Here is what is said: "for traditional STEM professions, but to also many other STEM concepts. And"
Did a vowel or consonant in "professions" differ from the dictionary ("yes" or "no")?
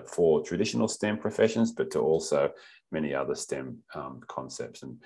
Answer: no